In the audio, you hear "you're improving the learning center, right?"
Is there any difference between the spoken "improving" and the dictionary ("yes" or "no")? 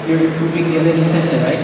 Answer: yes